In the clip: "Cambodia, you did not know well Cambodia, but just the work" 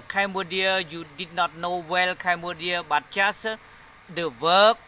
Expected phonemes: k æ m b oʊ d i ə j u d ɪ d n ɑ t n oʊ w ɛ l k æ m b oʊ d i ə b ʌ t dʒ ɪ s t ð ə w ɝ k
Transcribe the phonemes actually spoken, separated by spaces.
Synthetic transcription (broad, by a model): k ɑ m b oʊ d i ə j u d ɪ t n ɑ t n oʊ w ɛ l k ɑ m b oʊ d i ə b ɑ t tʃ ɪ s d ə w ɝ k